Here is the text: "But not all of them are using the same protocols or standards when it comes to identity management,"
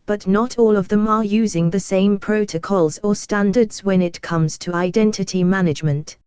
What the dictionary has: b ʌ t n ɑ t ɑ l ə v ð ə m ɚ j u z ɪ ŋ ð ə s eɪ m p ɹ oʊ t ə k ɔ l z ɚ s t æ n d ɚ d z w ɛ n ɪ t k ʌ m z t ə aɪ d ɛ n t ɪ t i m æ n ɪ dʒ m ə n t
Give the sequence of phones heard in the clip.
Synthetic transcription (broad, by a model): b ʌ t n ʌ t ɑ l ə v ð ə m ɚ j u z ɪ ŋ ð ə s eɪ m p ɹ oʊ t ə k ɔ l z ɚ s t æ n d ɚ d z w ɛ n ɪ t k ʌ m z t ə aɪ d ɛ n t ɪ t i m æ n ɪ dʒ m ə n t